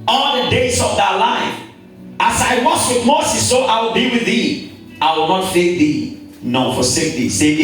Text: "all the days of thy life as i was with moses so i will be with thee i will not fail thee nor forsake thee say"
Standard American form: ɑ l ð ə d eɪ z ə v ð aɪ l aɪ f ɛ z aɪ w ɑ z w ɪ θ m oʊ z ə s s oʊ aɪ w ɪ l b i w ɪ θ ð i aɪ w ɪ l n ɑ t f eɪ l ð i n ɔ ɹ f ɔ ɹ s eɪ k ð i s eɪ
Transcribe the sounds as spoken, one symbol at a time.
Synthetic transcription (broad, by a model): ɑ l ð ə d eɪ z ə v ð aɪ l aɪ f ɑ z aɪ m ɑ s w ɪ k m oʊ s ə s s oʊ aɪ w ɪ l b i w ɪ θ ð i aɪ w ɪ l n ɑ t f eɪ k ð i n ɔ f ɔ s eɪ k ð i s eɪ